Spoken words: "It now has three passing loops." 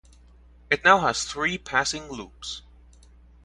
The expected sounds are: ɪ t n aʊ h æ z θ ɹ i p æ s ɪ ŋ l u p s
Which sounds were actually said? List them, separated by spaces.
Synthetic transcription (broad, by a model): ɪ t n aʊ h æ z θ ɹ i p æ s ɪ ŋ l u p s